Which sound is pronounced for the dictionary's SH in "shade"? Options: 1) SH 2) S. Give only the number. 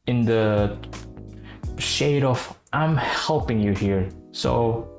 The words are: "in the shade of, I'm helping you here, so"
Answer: 1